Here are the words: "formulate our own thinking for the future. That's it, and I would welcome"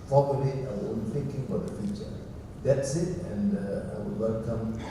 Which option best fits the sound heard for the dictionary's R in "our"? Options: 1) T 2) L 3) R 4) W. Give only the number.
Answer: 4